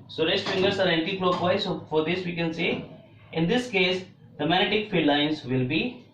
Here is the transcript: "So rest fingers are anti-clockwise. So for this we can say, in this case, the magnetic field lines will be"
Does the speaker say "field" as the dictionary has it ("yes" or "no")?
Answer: no